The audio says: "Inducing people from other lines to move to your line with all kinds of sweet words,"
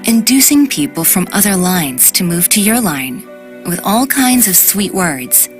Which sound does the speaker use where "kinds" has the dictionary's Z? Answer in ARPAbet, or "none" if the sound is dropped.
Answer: Z